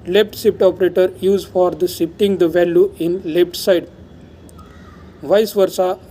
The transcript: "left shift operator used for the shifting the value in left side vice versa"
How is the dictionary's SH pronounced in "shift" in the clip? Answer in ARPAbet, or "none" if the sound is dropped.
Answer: S